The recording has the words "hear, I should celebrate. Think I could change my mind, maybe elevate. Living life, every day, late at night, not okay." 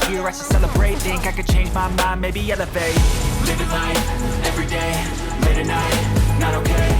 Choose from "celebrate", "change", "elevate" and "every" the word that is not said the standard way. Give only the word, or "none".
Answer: elevate